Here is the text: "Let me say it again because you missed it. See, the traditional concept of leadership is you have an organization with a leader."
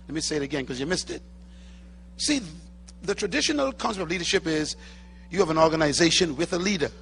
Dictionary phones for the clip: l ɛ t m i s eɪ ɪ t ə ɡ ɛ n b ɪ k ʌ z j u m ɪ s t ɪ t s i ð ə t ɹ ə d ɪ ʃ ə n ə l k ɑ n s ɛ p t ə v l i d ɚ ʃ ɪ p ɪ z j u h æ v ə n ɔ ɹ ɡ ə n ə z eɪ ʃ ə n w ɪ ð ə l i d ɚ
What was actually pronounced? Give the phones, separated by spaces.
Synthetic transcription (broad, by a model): l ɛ t m i s eɪ ɪ t ə ɡ ɛ n k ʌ z j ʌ m ɪ s t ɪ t s i ð ə t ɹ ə d ɪ ʃ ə n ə l k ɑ n s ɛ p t ə v l i d ɚ ʃ ɪ p ɪ z j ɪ v ə n ɔ ɹ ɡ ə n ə z eɪ ʃ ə n w ɪ ð ə l i d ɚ